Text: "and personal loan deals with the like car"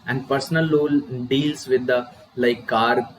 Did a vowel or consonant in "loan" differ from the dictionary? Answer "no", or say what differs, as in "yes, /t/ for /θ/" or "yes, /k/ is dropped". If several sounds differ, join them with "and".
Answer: yes, /l/ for /n/